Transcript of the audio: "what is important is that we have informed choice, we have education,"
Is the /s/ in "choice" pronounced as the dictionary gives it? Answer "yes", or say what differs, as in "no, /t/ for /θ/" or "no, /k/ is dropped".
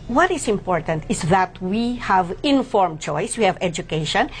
yes